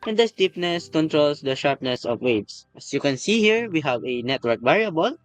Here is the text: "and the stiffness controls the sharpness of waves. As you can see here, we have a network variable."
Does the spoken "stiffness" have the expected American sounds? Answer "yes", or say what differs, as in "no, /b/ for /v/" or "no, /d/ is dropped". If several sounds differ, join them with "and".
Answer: no, /p/ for /f/